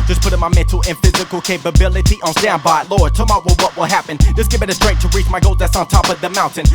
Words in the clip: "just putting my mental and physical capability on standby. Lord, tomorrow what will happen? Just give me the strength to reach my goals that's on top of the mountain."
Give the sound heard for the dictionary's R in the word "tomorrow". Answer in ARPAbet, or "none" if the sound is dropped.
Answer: W